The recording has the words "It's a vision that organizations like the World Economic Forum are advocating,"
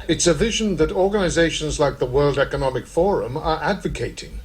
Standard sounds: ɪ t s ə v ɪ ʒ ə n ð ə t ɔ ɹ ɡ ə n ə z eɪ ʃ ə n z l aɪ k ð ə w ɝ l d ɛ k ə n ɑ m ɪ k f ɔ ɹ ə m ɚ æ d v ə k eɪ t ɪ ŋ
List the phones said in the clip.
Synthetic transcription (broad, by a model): ɪ t s ə v ɪ ʒ ə n ð ə t ɔ ɹ ɡ ə n ə z eɪ ʃ ə n z l aɪ k ð ə w ɝ l d ɛ k ə n ɑ m ɪ k f ɔ ɹ ə m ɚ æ d v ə k eɪ t ɪ ŋ